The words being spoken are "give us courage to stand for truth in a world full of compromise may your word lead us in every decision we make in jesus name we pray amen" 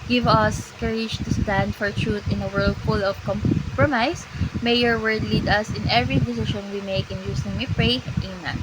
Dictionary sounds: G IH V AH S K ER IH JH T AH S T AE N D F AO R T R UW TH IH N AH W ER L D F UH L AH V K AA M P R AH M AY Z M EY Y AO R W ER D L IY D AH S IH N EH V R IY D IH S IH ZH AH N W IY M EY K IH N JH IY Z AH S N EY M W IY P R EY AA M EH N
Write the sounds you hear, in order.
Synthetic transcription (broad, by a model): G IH V AH S K ER IH JH T AH S T AE N D F AO R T R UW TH IH N AH W ER L D F UH L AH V K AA M P R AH M AY S M EY Y AO R W ER D L IY D AH S IH N EH V R IY D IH S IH SH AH N W IY M EY K IH N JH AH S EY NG W IY P R EY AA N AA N